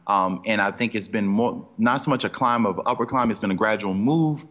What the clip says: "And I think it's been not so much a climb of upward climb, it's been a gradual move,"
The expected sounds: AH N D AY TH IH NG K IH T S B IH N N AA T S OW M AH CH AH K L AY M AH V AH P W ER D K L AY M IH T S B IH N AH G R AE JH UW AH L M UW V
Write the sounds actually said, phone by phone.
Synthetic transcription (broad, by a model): AH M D AY TH IH NG K IH T S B IH N N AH T S OW M AH CH AH K L AY M AH V AH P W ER K L AY M IH T S B IH N AH G R AE JH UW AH L M UW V